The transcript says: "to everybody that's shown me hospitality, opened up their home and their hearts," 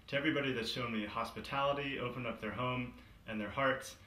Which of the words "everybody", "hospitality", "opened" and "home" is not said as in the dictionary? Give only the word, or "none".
opened